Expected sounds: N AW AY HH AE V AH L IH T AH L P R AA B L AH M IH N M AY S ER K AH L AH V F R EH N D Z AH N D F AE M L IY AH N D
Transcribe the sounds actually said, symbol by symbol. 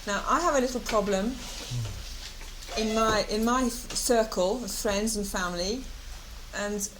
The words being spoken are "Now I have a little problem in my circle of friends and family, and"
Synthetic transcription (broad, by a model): N AW AY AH V AH L IH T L P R AA B L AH M IH N M AY S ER K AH L AH V F R EH N D Z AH N F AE M L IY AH N